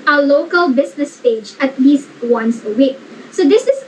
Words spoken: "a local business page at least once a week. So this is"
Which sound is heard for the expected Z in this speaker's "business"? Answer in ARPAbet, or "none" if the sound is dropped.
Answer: S